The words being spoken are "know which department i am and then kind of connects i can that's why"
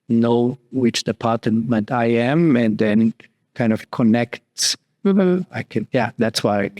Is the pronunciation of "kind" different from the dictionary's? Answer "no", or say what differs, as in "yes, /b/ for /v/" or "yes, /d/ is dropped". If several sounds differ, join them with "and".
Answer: no